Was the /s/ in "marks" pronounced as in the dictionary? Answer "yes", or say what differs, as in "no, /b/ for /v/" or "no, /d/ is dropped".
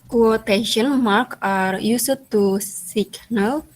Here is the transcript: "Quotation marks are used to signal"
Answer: no, /s/ is dropped